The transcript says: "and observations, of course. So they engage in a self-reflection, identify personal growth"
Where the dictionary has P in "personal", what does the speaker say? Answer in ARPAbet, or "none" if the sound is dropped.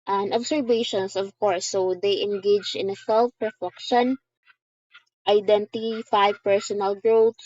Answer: P